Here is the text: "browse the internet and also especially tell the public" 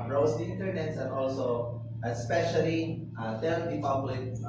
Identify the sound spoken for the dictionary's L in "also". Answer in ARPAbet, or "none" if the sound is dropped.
L